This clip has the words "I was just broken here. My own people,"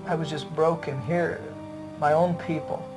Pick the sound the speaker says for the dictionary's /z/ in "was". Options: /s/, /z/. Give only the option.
/z/